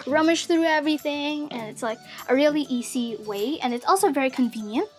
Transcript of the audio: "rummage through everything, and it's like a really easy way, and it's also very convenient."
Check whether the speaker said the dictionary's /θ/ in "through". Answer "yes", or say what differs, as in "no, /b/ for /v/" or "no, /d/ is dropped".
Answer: yes